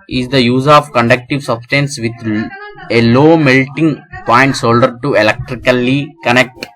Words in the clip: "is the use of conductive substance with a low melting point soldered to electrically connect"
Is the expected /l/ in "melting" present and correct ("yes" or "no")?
yes